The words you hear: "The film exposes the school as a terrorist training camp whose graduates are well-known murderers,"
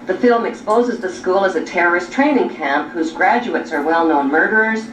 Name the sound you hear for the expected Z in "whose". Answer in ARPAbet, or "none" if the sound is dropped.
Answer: Z